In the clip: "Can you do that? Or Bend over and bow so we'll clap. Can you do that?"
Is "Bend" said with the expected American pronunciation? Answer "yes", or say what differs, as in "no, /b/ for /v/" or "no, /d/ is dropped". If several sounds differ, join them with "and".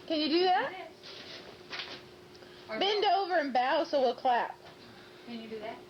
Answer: yes